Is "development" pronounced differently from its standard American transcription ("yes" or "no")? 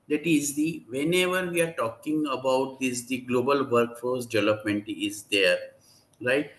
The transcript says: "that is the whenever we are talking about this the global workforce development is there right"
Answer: no